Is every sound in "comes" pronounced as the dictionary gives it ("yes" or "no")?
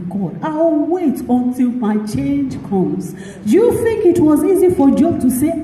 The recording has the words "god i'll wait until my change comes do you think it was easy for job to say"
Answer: no